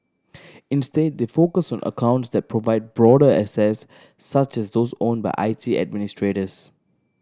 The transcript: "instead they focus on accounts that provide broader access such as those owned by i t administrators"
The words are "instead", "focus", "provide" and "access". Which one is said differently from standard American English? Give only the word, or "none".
access